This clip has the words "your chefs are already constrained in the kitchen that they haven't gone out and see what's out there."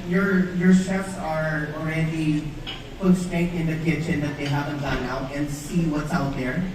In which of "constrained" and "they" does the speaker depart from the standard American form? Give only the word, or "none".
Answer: constrained